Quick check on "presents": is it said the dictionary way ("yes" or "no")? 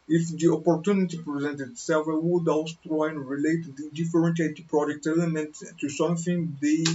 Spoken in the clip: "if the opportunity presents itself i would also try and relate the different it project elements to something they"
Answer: no